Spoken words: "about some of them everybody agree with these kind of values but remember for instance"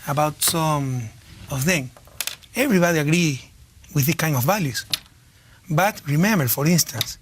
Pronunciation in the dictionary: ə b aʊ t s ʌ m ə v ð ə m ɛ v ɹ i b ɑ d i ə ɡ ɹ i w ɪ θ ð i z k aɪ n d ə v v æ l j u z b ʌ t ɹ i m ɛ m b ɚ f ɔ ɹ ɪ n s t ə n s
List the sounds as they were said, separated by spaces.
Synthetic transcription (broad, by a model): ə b aʊ t s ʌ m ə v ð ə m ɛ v ɹ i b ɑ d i ə ɡ ɹ i w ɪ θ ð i k aɪ n d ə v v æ l j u s b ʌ t ɹ i m ɛ m b ɚ f ɔ ɹ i n s t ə n s